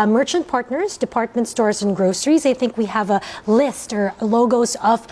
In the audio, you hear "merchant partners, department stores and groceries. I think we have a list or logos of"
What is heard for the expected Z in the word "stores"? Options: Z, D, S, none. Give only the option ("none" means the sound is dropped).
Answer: Z